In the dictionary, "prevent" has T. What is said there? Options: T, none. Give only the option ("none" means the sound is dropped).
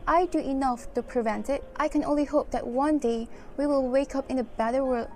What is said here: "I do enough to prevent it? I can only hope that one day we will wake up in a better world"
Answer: T